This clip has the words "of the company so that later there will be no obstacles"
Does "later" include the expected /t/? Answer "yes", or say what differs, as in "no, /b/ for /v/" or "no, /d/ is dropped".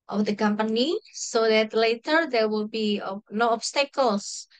yes